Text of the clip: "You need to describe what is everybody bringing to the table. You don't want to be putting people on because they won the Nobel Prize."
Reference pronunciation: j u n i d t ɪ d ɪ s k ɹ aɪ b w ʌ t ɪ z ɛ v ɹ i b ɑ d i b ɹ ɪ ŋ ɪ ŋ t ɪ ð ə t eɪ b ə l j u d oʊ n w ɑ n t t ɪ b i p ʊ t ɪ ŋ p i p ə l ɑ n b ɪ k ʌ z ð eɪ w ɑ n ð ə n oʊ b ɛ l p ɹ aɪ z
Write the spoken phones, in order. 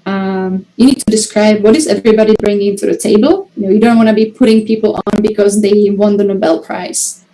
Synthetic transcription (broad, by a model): j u n i d t ɪ d ɪ s k ɹ aɪ b w ʌ t ɪ z ɛ v ɹ i b ɑ d i b ɹ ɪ ŋ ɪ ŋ t ɪ ð ə t eɪ b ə l j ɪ d oʊ n w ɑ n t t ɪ b i p ʊ t ɪ ŋ p i p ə l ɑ n b ɪ k ʌ z ð eɪ w ɑ n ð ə n oʊ b ɛ l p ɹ aɪ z